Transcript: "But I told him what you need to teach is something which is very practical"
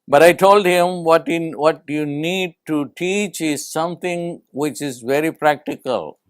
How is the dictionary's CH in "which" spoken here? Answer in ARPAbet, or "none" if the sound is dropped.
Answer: CH